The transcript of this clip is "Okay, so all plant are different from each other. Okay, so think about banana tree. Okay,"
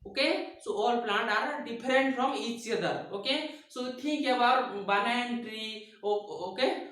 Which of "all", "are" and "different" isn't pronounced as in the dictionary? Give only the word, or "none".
different